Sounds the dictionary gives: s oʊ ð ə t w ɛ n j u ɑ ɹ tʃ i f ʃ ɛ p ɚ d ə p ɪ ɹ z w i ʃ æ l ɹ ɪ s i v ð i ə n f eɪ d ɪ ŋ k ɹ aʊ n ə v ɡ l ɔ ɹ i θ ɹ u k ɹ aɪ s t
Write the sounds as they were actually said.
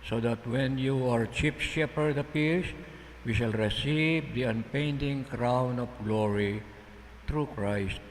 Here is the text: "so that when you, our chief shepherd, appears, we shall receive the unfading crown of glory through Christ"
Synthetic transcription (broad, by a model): s oʊ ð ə t w ɛ n j u ɑ ɹ tʃ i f ʃ ɛ p ɚ d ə p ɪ ɹ s w i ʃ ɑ l ɹ ɪ s i v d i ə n p eɪ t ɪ ŋ k ɹ aʊ n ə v ɡ l ɔ ɹ i t ɹ u k ɹ aɪ s t